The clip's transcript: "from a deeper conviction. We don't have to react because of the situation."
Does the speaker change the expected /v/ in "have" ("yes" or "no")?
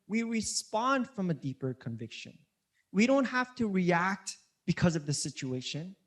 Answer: yes